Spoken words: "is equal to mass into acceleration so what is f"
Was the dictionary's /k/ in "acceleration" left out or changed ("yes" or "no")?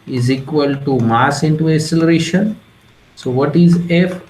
yes